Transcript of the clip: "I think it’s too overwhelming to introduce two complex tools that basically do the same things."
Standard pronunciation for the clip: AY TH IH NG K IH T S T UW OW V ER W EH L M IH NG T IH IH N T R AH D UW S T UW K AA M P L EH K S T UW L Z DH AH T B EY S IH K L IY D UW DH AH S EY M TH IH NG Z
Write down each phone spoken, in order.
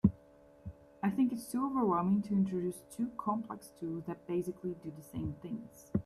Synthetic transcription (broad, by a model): AY TH IH NG K IH T S T UW OW V ER W EH L M IH NG T IH IH N T R AH D UW S T UW K AA M P L EH K S T UW L Z DH AH T B EY S IH K L IY D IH DH AH S EY M TH IH NG Z